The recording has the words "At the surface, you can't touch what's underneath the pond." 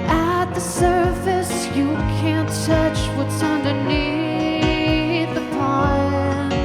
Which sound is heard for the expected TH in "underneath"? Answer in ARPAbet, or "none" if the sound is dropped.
TH